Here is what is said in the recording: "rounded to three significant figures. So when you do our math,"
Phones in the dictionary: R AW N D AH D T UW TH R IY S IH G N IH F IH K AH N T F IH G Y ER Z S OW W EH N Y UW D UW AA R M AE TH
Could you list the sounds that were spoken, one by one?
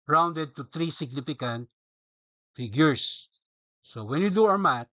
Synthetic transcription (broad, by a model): R AW N D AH D T UW T R IY S IH G N IH F IH K AH N T F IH G Y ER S S OW W EH N Y UW D UW AA R M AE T